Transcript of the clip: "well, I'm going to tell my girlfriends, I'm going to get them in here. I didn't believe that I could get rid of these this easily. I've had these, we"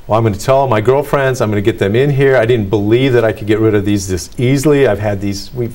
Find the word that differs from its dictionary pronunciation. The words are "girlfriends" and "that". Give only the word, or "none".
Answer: none